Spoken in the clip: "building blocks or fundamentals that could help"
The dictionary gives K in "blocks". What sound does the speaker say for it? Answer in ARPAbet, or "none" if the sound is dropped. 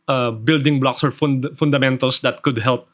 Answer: K